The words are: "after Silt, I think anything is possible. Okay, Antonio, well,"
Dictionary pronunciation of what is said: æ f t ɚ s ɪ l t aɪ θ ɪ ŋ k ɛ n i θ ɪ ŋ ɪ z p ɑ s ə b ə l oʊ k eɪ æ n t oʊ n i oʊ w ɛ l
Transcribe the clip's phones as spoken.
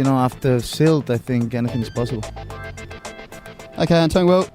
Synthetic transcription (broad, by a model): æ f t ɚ s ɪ l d aɪ θ ɪ ŋ k ɛ n i θ ɪ ŋ ɪ z p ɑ s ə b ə l oʊ k eɪ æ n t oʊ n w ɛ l